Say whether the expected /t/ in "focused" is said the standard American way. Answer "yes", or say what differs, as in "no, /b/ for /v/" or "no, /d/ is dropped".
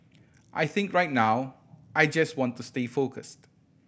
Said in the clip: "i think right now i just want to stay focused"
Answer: yes